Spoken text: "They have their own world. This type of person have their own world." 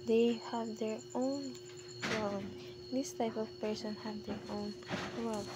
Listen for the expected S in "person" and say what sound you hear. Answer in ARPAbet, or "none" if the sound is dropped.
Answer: S